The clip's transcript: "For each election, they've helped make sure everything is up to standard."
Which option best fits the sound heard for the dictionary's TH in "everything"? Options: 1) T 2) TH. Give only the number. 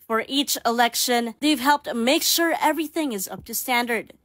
2